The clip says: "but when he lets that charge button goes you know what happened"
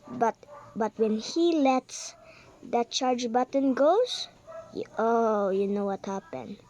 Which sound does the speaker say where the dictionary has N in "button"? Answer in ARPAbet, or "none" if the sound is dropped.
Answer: N